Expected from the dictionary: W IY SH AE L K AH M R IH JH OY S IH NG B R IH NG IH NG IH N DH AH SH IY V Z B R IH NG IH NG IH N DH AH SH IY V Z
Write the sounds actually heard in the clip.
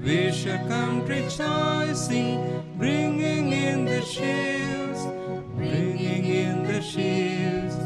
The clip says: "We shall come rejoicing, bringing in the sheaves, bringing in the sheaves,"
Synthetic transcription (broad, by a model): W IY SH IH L K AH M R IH CH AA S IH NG B R IH NG IH NG IH N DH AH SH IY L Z B R IH NG IH NG IH N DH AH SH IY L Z